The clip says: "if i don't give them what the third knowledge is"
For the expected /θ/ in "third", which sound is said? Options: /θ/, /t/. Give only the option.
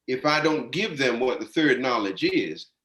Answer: /θ/